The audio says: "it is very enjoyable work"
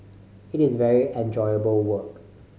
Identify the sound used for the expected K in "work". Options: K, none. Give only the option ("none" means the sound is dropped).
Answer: K